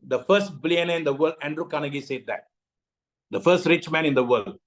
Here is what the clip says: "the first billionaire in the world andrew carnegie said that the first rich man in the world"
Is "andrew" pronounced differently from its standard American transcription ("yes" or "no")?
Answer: no